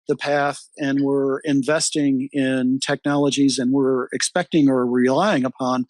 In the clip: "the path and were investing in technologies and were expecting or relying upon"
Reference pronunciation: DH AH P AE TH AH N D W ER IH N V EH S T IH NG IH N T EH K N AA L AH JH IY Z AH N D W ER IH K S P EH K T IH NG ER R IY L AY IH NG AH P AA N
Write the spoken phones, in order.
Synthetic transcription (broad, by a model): DH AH P AE TH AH N W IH IH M V EH S T IH NG IH N T EH K N AA L AH JH IY Z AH N W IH IH K S P EH K T IH NG ER R IY L AY IH NG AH P AA N